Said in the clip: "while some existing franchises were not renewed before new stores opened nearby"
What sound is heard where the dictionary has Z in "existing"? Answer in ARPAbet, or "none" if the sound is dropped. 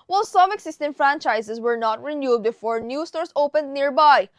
S